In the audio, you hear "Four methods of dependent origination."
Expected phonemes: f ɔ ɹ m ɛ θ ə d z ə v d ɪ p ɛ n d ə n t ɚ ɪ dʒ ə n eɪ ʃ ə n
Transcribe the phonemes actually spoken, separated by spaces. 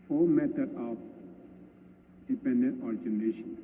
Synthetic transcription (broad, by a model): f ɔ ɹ m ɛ t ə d ə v d ɪ p ɛ n d ə n t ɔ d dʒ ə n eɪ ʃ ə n